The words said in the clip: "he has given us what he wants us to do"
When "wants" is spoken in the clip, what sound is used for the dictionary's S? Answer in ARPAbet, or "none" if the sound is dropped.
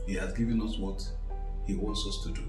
S